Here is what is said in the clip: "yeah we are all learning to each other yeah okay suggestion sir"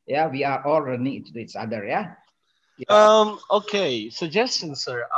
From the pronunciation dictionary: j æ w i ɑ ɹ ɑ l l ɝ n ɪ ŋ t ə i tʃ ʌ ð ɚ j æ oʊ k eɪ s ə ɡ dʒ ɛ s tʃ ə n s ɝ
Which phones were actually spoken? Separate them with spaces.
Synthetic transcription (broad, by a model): j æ w i ɑ ɹ ɑ l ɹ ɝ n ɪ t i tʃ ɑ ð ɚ j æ oʊ k eɪ s ə ɡ dʒ ɛ s tʃ ə n s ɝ